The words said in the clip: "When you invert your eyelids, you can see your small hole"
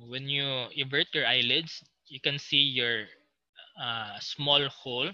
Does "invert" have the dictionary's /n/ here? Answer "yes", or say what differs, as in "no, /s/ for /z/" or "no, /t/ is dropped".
no, /n/ is dropped